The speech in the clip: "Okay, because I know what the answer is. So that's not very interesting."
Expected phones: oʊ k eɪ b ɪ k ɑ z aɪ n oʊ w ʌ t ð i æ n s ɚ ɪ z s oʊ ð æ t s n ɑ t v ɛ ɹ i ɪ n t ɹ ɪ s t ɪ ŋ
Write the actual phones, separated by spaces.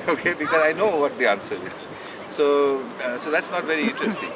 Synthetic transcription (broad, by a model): oʊ k eɪ b ɪ k ɑ z aɪ n oʊ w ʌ t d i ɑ n s ɚ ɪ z s oʊ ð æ t s n ɑ t v ɛ ɹ i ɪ n t ɹ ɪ s t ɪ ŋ